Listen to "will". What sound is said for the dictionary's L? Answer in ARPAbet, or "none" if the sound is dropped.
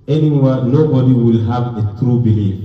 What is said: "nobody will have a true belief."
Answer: L